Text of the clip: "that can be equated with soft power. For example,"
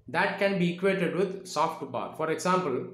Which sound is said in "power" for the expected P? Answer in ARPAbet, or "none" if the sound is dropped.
B